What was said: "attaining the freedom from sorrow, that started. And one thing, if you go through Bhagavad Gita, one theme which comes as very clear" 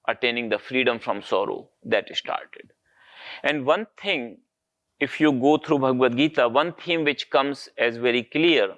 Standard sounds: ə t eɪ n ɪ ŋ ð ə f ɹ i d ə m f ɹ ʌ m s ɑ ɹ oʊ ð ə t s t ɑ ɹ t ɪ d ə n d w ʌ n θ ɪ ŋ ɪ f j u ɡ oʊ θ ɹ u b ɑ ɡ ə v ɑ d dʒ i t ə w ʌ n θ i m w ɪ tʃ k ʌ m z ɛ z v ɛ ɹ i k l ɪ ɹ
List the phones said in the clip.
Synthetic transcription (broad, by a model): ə t eɪ n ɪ ŋ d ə f ɹ i d ə m f ɹ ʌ m s ɑ ɹ oʊ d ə t s t ɑ ɹ t ɪ d ə n d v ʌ n t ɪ ŋ ɪ f j u ɡ oʊ t ɹ u b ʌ ɡ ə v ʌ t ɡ i t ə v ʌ n t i m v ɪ tʃ k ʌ m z ɛ z v ɛ ɹ i k l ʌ ɹ